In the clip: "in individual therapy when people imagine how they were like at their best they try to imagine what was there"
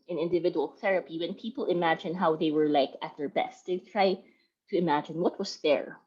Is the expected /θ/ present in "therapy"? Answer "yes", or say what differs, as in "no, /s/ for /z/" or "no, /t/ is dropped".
yes